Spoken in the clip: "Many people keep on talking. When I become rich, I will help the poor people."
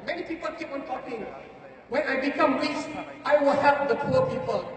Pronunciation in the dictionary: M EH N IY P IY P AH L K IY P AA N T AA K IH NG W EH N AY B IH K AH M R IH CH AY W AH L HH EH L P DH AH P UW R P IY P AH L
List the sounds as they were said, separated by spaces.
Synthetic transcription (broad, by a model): M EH N IY P IY P AH L K IY P AA N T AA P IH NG W EH N AY B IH K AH M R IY S AY W AH L HH EH L P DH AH P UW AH P IY P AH L